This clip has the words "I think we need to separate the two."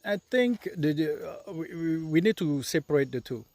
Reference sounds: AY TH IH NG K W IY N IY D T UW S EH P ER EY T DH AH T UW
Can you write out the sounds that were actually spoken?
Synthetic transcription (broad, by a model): AY T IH NG K W IY N IY D T UW S EH P ER EY T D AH T UW